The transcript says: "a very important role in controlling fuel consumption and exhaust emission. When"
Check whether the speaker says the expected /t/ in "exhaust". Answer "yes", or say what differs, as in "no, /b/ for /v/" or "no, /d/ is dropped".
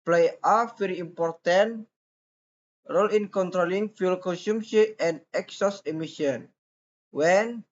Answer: no, /t/ is dropped